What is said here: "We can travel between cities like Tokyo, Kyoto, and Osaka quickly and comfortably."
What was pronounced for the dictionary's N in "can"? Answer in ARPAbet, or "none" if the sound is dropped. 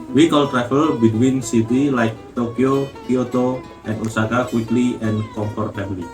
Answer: L